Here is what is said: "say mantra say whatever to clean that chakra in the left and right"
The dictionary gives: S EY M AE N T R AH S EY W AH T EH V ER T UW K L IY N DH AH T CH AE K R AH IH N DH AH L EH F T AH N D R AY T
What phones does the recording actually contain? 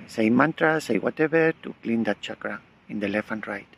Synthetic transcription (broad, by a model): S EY M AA N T R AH S EY W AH T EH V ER T UW K L IY N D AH T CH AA K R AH IH N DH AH L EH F AH N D R AY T